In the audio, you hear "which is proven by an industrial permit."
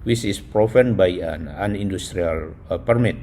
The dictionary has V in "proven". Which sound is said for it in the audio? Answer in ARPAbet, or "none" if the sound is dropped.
F